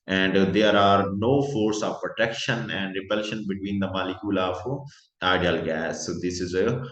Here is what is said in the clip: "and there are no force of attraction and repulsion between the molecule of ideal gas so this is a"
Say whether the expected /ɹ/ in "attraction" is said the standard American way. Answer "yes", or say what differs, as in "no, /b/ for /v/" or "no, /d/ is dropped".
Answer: no, /ɹ/ is dropped